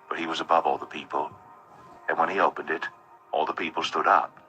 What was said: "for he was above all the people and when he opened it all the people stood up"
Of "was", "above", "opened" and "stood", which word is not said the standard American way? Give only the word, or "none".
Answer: none